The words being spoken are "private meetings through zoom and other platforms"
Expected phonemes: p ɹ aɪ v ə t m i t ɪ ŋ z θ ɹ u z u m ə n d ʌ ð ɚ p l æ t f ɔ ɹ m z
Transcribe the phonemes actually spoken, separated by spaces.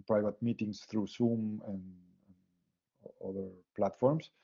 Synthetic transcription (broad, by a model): p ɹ aɪ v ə t m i t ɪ ŋ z θ ɹ u s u m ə n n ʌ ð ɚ p l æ t f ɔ ɹ m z